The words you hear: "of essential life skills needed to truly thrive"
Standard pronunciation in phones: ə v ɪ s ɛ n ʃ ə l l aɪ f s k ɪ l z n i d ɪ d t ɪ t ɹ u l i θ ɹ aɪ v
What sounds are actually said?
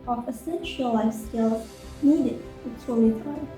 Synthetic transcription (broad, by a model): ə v ɪ s ɛ n ʃ ə l l aɪ f s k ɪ l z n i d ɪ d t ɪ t u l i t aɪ